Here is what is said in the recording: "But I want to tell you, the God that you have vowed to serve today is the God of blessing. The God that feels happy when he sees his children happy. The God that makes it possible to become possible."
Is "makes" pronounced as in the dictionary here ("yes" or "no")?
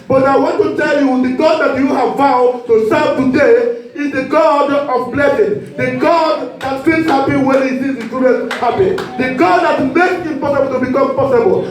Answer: no